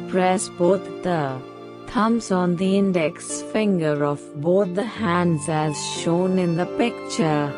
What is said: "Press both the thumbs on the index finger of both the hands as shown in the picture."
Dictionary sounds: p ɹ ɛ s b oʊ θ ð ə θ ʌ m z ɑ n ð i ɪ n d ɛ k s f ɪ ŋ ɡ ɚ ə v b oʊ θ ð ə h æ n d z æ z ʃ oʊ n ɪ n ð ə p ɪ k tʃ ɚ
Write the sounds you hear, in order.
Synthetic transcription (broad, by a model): p ɹ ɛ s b oʊ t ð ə t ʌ m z ɑ n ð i ɪ n d ɛ k s f ɪ ŋ ɡ ɚ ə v b oʊ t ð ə h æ n d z æ z ʃ oʊ n ɪ n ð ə p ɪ k tʃ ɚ